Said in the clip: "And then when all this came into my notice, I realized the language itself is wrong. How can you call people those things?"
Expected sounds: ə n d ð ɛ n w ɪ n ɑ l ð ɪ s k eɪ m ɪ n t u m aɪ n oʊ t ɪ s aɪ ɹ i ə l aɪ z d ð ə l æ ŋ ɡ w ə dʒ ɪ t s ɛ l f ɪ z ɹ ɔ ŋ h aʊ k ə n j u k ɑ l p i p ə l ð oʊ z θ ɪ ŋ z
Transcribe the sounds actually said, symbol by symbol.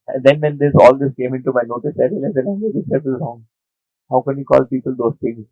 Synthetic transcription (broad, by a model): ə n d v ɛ n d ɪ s ɑ l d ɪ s k eɪ m ɪ n t u m aɪ n oʊ t ɪ s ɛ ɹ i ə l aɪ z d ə n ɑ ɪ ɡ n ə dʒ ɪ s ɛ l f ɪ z ɹ ɔ ŋ h aʊ k ə n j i k ɑ l p i p ə l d oʊ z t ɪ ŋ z